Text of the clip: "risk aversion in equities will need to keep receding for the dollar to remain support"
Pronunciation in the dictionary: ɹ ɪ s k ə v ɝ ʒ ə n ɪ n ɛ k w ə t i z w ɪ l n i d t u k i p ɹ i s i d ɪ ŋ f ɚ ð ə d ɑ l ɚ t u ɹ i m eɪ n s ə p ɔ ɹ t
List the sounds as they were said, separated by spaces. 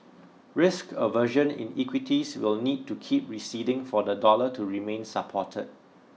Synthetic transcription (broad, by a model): ɹ ɪ s k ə v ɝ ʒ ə n ɪ n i k w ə t i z w ɪ l n i d t u k i p ɹ i s i d ɪ ŋ f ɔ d ə d ɑ l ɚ t u ɹ i m eɪ n s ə p ɔ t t